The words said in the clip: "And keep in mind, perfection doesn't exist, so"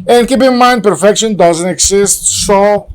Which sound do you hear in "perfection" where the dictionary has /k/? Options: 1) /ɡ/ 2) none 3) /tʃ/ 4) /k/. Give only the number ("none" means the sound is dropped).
4